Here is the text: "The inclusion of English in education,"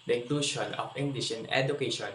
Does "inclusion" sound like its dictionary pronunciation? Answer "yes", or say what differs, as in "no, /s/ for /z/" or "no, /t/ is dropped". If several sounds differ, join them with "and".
no, /ʃ/ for /ʒ/